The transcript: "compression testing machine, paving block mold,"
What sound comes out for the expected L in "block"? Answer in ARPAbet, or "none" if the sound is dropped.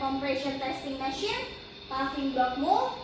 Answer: none